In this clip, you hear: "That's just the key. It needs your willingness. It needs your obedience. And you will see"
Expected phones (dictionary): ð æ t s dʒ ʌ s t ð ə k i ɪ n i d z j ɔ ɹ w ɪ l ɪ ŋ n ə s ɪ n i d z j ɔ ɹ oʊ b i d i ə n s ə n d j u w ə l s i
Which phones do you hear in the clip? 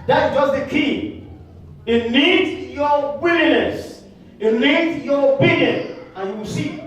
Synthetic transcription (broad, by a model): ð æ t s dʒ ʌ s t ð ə k i ɪ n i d j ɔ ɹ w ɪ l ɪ n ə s ɪ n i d j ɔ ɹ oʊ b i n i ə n ə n j u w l s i